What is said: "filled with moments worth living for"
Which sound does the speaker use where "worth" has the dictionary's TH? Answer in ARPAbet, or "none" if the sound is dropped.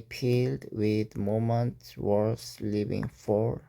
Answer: S